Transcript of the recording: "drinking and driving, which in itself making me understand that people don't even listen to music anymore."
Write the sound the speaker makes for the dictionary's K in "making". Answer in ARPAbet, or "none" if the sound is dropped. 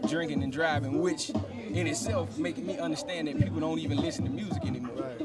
none